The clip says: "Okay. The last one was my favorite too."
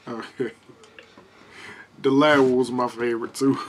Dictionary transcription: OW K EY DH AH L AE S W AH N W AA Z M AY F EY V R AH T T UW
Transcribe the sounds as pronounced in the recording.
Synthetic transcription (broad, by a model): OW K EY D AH L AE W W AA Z M AY F EY V R AH T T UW